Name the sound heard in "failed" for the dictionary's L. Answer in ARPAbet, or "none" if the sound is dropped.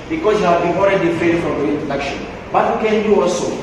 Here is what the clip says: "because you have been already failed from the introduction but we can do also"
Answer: none